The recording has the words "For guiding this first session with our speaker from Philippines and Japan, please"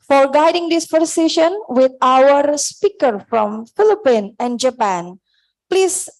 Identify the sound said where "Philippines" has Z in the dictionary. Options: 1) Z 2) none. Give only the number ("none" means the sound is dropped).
2